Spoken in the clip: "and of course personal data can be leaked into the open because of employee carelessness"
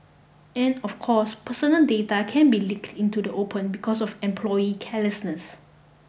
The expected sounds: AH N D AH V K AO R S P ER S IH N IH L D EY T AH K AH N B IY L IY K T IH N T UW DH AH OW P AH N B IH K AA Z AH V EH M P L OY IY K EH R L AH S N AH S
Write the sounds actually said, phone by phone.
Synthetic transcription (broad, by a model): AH N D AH F K AO S P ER S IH N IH L D EY T AH K AH N B IY L IY K T IH N T UW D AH OW P AH N B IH K AA S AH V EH M P L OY IY K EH L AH S N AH S